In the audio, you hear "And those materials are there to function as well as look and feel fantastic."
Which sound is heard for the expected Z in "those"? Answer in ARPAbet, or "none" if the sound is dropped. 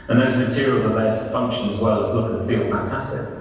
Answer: Z